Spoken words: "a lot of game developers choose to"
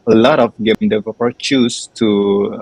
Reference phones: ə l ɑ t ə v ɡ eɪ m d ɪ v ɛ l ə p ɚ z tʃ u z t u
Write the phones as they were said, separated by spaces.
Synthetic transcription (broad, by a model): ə l ɑ t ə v ɡ eɪ m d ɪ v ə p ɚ tʃ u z t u